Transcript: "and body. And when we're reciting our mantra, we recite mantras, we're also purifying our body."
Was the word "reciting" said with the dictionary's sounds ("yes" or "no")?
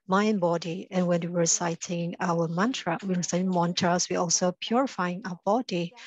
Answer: no